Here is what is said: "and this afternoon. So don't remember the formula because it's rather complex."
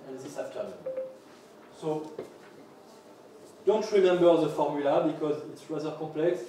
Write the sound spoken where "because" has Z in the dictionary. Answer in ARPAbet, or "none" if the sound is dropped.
Z